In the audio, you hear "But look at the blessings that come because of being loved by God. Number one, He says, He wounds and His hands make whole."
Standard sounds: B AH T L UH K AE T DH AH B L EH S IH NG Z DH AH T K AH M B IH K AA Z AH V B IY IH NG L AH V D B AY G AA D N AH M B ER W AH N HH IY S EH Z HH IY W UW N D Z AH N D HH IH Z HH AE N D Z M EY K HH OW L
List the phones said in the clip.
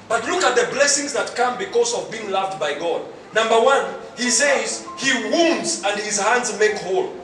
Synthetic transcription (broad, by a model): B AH T L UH K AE T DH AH B L EH S IH NG Z DH AH T K AH M B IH K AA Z AH V B IY IH NG L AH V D B AY G AA D N AH M B ER W AH N HH IY S EH Z HH IY W UW N D Z AH N D HH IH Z HH AE N D Z M EY K HH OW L